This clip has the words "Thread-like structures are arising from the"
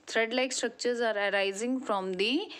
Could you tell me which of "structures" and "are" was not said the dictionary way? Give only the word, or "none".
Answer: none